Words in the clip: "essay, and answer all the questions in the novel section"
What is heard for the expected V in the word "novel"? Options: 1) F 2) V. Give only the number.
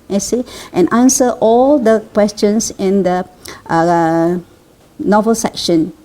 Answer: 2